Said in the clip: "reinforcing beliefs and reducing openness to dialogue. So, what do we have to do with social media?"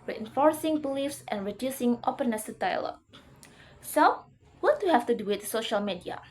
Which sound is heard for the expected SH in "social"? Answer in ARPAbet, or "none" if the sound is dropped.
SH